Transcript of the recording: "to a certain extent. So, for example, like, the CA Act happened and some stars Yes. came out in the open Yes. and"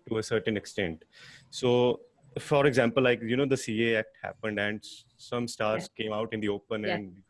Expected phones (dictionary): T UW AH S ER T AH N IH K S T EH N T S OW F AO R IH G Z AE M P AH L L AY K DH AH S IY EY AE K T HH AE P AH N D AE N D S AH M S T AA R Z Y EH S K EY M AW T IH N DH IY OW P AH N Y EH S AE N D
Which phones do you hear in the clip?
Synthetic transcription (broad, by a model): T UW AH S ER T AH N IH K S T EH N T S OW F AO R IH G Z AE M P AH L L AY K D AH S IY EY AE K T HH AE P AH N D AE N D S AH M S T AA R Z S K EY M AW T IH N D IY OW P AH N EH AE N D